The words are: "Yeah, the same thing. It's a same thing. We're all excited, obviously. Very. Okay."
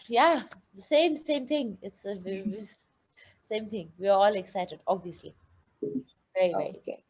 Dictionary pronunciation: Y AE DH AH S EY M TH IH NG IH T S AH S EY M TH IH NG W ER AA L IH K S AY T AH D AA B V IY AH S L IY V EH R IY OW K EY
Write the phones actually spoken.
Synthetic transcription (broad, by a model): Y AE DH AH S EY M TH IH NG IH T S AH S EY M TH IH NG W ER AA L IH K S AY T AH D AA B V IY AH S L IY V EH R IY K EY